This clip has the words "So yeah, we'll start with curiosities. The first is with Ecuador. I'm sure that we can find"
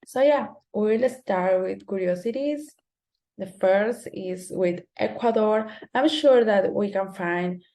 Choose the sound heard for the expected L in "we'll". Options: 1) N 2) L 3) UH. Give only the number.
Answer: 2